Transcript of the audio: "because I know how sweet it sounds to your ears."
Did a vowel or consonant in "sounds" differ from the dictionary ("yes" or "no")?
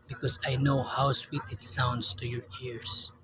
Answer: yes